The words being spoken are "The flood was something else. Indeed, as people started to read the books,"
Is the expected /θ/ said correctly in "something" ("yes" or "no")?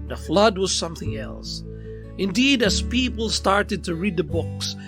yes